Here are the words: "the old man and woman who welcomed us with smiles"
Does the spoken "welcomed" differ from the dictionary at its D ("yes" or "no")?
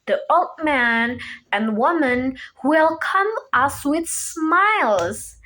yes